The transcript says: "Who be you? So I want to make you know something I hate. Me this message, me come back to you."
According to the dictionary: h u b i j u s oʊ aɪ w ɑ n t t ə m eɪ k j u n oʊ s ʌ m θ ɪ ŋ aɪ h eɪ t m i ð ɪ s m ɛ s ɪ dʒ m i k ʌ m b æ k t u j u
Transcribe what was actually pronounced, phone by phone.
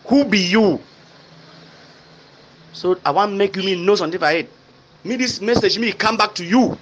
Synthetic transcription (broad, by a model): h u b i j u s oʊ aɪ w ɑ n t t m eɪ k j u n oʊ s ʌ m t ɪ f aɪ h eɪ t m i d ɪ s m ɛ s ɪ dʒ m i k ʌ m b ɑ k t u j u